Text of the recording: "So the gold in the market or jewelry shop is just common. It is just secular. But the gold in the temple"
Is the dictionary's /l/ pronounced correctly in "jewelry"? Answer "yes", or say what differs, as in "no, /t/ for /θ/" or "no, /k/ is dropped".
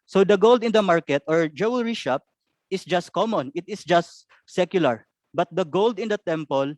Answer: no, /w/ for /l/